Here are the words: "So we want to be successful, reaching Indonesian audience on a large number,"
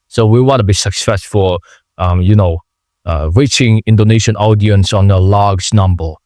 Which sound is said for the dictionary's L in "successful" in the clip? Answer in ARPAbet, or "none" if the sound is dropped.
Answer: N